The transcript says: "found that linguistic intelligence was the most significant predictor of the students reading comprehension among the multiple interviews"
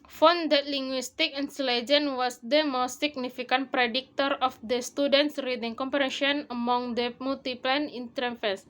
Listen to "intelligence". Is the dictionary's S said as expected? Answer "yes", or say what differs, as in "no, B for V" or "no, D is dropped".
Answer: no, S is dropped